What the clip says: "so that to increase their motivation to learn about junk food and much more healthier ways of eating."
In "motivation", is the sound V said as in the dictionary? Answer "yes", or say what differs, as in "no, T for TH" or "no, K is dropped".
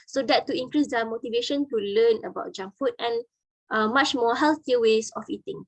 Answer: yes